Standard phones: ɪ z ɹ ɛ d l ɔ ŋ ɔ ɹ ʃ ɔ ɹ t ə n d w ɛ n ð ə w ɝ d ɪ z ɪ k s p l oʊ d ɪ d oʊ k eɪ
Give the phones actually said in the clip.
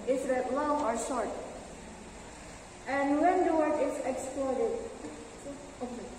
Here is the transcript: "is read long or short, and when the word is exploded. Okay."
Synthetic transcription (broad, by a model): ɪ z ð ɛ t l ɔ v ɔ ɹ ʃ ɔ ɹ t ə n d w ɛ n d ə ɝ ɪ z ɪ k s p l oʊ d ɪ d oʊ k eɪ